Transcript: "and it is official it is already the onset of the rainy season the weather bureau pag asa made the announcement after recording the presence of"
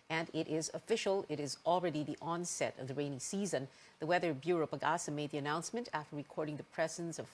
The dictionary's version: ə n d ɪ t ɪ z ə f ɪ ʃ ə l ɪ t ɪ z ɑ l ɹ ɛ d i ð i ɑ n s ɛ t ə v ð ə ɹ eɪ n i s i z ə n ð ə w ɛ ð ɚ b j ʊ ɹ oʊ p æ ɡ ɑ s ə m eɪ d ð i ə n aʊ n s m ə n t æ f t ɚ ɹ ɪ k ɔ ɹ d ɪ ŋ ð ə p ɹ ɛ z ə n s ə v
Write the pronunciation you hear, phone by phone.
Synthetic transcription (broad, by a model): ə n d t ɪ z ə f ɪ ʃ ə l ɪ t ɪ z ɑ l ɹ ɛ d i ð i ɑ n s ɛ t ə v ð ə ɹ eɪ n i s i z ə n ð ə w ɛ ð ɚ b j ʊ ɹ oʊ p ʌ ɡ ɑ s ə m eɪ d ð i ə n aʊ n s m ə n t æ f t ɚ ɹ ɪ k ɔ ɹ d ɪ ŋ ð ə p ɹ ɛ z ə n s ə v